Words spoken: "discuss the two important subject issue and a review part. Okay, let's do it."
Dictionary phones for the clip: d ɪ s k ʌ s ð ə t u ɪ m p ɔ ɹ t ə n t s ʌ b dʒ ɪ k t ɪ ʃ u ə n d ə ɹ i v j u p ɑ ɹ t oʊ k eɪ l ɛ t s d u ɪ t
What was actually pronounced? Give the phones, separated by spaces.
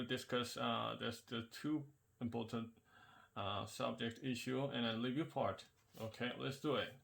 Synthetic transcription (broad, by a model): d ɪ s k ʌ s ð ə t u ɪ m p ɔ ɹ t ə n t s ʌ b dʒ ɪ k t ɪ ʃ u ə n ə l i v j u p ɑ ɹ t oʊ k eɪ l ɛ t s d u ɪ t